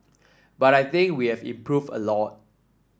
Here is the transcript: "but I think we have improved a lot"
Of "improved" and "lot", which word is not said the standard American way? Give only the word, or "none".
improved